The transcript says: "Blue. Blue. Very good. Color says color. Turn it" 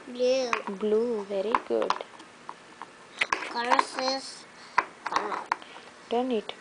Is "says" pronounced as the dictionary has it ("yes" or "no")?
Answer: no